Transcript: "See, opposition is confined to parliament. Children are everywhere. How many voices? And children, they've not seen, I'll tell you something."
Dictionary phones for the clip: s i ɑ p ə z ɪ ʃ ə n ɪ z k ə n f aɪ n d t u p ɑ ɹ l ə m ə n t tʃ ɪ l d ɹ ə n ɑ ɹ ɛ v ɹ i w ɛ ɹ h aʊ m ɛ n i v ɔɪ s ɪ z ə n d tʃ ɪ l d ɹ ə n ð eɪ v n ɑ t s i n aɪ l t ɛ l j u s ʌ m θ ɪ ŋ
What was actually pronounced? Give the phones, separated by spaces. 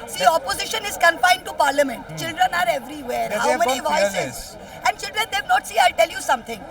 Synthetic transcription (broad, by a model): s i ɑ p ə z ɪ ʃ ə n ɪ z k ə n f aɪ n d t u p ɑ ɹ l ə m ə n t tʃ ɪ l d ɹ ə n ɑ ɹ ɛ v ɹ i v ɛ ɹ h aʊ m ɛ n i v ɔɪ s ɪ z ə n d tʃ ɪ l d ɹ ə n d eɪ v n ɑ t s i aɪ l t ɛ l j u s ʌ m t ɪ ŋ